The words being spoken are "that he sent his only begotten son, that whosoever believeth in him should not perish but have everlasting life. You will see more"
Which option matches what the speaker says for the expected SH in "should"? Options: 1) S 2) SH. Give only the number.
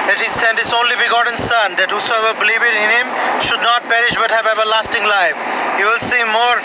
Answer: 2